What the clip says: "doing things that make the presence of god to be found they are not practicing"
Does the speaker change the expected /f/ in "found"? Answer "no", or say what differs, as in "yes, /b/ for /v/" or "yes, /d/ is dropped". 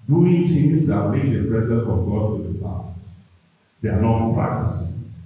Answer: yes, /p/ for /f/